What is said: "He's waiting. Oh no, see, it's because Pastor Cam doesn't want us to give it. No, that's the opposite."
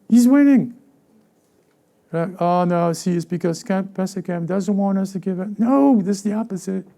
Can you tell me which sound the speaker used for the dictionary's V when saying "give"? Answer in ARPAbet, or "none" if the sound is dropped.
V